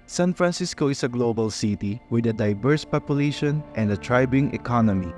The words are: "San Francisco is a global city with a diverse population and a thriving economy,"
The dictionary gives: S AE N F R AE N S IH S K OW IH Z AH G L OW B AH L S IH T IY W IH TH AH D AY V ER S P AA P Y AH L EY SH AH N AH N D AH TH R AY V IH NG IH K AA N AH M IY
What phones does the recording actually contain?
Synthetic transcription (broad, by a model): S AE N F R AE N S IH S K OW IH S AH G L OW B AH L S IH T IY W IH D AH D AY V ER S P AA P Y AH L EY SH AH N AH N D AH T R AY B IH NG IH K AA N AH M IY